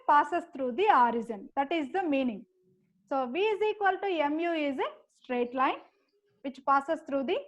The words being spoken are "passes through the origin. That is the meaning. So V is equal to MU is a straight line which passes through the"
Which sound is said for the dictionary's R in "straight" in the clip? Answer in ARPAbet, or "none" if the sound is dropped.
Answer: R